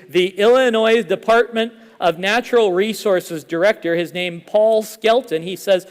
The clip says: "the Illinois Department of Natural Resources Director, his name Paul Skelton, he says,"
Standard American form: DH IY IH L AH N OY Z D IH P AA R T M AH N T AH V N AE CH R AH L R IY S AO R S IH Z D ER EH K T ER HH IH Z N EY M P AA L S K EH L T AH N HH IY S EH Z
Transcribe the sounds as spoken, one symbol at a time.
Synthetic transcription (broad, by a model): DH IY IH L AH N OY Z D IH P AA R T M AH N T AH V N AE CH R L R IY S AO R S IH Z D ER EH K T ER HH IH Z N EY M P AA L S K EH L T AH N IY S EH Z